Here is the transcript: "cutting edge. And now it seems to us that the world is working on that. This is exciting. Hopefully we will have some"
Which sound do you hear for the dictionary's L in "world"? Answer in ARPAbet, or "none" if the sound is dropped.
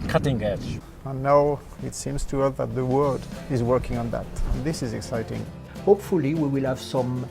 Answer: none